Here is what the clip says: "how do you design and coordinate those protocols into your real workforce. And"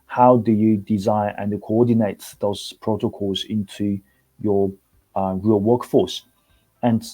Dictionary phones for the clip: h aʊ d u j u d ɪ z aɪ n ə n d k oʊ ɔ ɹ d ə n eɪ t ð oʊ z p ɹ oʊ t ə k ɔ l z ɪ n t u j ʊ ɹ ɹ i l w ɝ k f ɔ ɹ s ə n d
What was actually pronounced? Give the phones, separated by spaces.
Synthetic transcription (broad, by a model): h aʊ d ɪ j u d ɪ z aɪ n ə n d k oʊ ɔ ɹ d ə n eɪ t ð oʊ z p ɹ oʊ t ə k ɔ l z ɪ n t u j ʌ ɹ ɹ i l w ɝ k f ɔ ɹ s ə n